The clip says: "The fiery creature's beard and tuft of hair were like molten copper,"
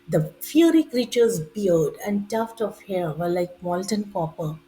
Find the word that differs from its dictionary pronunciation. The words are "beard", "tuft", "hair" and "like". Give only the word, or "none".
beard